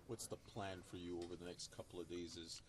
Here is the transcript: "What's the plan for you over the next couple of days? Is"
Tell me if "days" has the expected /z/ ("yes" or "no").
yes